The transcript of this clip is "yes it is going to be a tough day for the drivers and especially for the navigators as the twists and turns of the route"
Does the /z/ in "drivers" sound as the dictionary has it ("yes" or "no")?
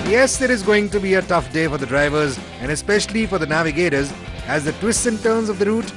yes